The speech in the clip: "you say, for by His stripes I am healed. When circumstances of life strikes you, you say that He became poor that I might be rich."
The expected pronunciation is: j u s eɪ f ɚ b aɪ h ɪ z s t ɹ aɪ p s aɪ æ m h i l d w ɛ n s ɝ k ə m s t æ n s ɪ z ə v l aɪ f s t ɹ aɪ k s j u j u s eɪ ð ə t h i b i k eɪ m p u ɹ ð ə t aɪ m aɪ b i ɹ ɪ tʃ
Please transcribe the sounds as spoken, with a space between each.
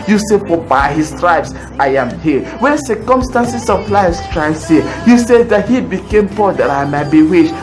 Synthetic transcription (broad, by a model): j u s eɪ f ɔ b aɪ h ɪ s t ɹ aɪ b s aɪ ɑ m h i w ɛ n s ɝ k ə m s t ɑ n s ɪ s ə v l aɪ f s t ɹ aɪ s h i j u s eɪ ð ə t h i b i k eɪ m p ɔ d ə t aɪ m aɪ b i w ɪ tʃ